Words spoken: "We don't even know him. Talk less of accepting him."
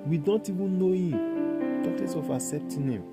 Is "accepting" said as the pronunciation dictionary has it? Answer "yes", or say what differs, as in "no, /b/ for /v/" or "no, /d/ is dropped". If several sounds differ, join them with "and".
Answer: no, /k/ is dropped